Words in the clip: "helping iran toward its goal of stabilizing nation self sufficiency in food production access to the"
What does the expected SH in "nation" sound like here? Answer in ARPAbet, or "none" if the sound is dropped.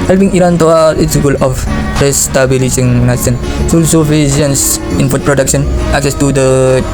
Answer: S